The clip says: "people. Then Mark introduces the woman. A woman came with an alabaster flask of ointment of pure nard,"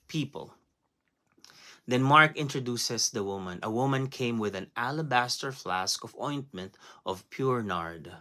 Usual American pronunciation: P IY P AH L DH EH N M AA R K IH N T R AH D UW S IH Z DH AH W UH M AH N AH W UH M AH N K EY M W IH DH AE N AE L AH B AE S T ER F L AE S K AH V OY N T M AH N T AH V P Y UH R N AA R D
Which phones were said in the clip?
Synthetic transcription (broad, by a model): P IY P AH L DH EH N M AA R K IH N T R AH D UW S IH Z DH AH W UH M AH N AH W UH M AH N K EY M W IH DH AE N AE L AH B AE S T ER F L AE S K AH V OY N T M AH N T AH V P Y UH R N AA R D